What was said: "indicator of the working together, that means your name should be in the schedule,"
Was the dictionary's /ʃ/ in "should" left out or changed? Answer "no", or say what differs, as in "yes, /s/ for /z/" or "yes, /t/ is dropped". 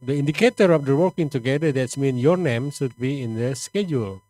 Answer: yes, /s/ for /ʃ/